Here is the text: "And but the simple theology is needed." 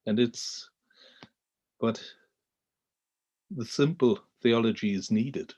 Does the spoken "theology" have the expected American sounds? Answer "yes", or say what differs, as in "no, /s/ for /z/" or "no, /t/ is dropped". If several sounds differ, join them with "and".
yes